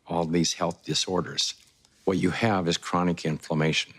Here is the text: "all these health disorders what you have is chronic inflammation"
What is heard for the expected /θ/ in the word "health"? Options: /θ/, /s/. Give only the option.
/θ/